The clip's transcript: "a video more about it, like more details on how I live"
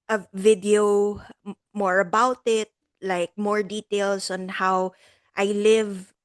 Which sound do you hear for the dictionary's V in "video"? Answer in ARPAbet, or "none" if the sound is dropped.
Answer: V